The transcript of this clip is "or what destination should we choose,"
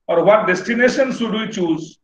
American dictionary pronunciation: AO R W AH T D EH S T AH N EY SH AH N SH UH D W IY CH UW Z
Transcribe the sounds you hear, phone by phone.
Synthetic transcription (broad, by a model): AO R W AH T D EH S T AH N EY SH AH N S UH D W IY CH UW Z